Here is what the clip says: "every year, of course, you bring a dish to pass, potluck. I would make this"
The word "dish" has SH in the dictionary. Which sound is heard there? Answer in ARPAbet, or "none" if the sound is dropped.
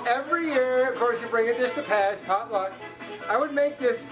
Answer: S